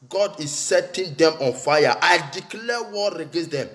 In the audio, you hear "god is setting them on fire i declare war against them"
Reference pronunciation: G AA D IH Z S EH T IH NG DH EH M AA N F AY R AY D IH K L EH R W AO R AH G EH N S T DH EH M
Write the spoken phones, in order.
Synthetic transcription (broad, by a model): G AA D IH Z S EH T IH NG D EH M AA N F AY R AY D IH K L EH W AO R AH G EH S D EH M